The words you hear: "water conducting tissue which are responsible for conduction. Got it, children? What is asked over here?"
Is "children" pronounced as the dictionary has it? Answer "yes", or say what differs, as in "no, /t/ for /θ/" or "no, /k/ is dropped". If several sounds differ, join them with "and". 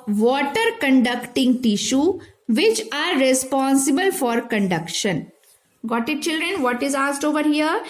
yes